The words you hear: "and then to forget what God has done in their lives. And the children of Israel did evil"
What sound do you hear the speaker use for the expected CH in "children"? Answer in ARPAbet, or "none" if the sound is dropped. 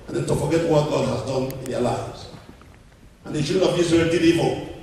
SH